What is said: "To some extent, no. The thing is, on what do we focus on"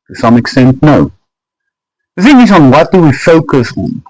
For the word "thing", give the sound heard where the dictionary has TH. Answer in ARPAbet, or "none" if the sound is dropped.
F